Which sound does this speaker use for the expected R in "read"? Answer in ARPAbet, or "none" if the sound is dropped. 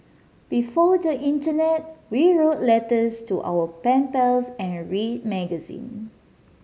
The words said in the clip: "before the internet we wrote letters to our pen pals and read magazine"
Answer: R